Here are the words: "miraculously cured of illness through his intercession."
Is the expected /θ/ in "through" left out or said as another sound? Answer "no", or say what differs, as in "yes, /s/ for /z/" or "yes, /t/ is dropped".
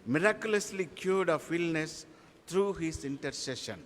yes, /t/ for /θ/